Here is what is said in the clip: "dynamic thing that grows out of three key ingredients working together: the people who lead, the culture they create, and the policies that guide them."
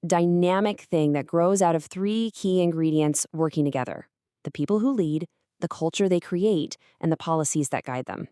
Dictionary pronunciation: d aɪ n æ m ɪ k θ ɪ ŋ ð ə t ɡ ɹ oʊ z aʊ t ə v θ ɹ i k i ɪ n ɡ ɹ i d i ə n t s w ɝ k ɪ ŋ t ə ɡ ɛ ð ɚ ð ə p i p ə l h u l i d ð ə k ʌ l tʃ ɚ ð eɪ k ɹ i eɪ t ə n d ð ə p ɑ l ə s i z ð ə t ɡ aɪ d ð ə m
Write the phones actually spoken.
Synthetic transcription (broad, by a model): d aɪ n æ m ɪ k θ ɪ ŋ ð ə t ɡ ɹ oʊ z aʊ t ə v θ ɹ i k i ɪ n ɡ ɹ i d i ə n t s w ɝ k ɪ ŋ t ə ɡ ɛ ð ɚ ð ə p i p l h u l i d ð ə k ʌ l tʃ ɚ ð eɪ k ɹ i eɪ t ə n ð ə p ɑ l ə s i z ð ə t ɡ aɪ d ð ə m